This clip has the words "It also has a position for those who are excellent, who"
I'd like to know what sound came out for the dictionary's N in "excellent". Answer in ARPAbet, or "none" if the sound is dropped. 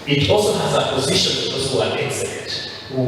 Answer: none